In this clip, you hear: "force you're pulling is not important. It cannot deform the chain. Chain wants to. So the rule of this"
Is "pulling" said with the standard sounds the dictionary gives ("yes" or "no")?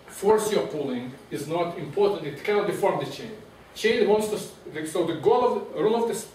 yes